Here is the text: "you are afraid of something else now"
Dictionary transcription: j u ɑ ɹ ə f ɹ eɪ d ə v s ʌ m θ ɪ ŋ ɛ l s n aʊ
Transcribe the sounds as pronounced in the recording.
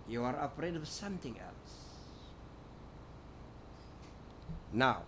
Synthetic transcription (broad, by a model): j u ɑ ɹ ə p ɹ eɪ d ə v s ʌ m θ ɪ ŋ ɛ l s n aʊ